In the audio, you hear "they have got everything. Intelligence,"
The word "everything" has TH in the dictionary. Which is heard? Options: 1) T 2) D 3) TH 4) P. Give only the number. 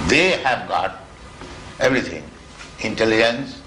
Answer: 1